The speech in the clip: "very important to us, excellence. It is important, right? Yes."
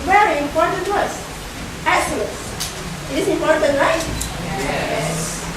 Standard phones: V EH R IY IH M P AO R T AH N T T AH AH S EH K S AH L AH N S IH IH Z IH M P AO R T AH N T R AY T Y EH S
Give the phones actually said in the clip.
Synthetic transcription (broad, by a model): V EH R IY IH M P AO R T AH N T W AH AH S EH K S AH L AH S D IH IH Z IH M P AO R T AH N T L AY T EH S